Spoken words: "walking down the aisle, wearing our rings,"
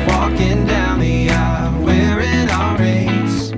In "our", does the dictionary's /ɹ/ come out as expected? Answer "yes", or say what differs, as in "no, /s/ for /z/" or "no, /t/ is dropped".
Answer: no, /l/ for /ɹ/